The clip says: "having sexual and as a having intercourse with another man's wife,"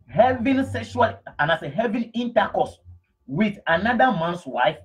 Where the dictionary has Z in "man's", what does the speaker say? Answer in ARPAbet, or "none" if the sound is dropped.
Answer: S